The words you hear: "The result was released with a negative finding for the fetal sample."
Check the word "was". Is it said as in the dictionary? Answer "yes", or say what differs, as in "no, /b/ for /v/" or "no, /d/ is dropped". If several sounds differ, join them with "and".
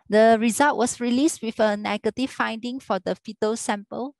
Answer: no, /s/ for /z/